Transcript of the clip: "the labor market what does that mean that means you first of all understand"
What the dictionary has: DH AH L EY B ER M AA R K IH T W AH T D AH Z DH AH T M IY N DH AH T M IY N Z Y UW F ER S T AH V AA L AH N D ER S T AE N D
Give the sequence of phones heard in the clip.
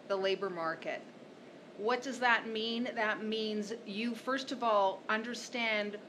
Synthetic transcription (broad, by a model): DH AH L EY B ER M AA R K IH T W AH T D AH Z DH AH T M IY N DH AH T M IY N Z Y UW F ER S T AH V AA L AH N D ER S T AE N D